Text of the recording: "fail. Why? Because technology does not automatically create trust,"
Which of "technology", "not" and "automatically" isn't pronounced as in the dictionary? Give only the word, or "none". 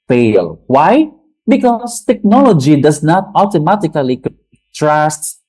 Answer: automatically